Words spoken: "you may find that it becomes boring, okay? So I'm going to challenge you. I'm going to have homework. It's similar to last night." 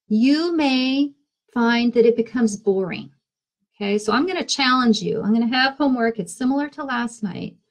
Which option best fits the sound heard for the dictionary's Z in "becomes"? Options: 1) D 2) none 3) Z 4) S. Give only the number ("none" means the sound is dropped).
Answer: 3